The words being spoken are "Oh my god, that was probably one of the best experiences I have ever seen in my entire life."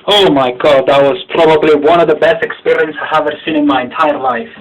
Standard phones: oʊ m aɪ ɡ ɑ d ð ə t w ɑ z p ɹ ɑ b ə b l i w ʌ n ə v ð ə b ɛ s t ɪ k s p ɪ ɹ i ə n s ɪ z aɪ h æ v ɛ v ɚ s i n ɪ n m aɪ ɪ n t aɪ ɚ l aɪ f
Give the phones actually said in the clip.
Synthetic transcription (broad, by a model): oʊ m aɪ ɡ ɑ d ð ə t w ɑ z p ɹ ɑ b ə b l i w ʌ n ə v ð ə b ɛ s t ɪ k s p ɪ ɹ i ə n s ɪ ɪ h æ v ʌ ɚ s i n ɪ n m aɪ ɪ n t aɪ ɚ l aɪ f